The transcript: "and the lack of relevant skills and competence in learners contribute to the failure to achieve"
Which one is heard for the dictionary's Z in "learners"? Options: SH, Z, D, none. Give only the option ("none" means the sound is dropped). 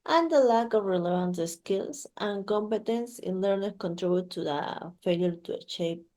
none